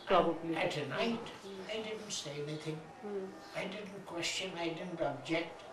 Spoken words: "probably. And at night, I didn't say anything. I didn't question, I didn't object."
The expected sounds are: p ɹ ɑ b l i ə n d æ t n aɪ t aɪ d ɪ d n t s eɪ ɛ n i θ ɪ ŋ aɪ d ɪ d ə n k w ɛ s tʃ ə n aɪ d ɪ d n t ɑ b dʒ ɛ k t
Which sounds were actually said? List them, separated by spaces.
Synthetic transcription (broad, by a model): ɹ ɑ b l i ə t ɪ n aɪ t aɪ d ɪ d n t s eɪ ɛ n i θ ɪ ŋ aɪ d ɪ d n k w ɛ s tʃ ə n aɪ d ɪ d n t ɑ b dʒ ɛ k t